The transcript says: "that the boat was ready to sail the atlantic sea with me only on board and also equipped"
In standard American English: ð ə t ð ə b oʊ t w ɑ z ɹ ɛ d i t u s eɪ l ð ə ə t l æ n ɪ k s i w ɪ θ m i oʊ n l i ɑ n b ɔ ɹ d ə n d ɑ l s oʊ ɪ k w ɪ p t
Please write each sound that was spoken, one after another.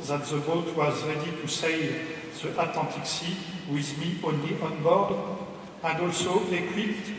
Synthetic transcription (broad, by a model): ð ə t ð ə b oʊ t w ɑ z ɹ ɛ d i t u s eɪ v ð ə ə t l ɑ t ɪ k s i w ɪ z m i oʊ n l i ɑ n b ɔ ɹ d ə n d ɑ l s oʊ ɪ k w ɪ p t